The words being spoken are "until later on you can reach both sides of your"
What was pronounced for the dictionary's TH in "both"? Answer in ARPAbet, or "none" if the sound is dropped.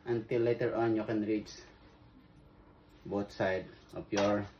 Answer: T